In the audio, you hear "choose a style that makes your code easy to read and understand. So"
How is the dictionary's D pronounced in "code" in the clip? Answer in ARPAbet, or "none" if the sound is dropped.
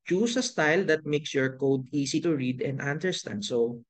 D